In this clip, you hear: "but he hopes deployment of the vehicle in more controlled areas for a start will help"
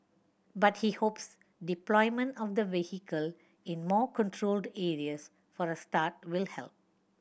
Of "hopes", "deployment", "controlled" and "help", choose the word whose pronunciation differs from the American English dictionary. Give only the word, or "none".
none